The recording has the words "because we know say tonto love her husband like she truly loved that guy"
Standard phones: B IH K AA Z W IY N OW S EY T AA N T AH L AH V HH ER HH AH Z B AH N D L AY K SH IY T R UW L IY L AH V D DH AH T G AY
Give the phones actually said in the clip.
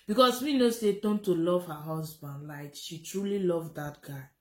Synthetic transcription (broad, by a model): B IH K AA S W IY N OW S EY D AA N T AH L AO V HH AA HH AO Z B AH N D L AY K SH IY T R UW L IY L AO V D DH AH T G AY